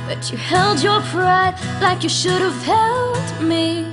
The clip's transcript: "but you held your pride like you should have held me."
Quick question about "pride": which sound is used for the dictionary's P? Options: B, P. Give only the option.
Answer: P